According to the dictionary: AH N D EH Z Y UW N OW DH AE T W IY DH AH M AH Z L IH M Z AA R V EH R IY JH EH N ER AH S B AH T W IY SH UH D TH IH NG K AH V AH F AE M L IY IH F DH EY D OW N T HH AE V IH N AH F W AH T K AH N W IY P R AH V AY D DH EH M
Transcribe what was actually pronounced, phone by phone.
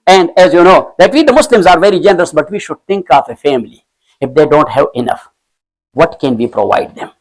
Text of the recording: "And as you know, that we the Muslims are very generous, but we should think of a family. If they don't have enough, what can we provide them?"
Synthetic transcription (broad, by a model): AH N D EH Z Y UW N OW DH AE T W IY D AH M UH S L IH M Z AA R V EH R IY JH EH N ER AH S B AH T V IY SH UH D T IH NG K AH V AH F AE M L IY IH F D EY D OW N T HH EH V IH N AH F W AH T K AH N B IY P R AH V AY D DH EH M